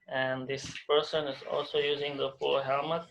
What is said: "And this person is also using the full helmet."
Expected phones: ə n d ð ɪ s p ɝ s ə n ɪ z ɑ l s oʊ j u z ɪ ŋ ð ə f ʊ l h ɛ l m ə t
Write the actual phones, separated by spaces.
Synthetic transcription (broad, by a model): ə n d ð ɪ s p ɝ s ə n ɪ z ɑ l s oʊ j u z ɪ ŋ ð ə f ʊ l h ɛ l m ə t